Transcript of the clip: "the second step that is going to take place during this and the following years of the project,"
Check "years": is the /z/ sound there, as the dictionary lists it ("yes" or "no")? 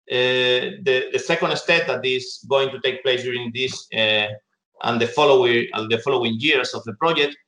no